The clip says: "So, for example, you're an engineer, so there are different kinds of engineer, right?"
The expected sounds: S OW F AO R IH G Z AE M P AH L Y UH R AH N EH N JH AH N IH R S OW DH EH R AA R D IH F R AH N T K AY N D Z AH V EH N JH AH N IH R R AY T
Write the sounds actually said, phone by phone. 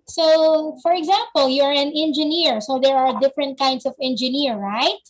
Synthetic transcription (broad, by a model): S OW F AO R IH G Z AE M P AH L Y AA R AH N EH N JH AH N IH R S OW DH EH R AA R D IH F R AH N T K AY N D S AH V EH N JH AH N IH R R AY T